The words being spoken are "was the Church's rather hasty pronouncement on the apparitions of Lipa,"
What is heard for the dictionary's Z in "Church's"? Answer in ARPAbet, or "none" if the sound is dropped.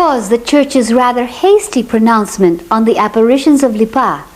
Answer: Z